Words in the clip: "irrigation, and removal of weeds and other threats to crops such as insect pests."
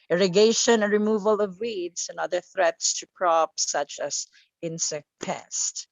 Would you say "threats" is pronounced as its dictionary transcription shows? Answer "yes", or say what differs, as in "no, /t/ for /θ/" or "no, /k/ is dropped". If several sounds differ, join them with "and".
yes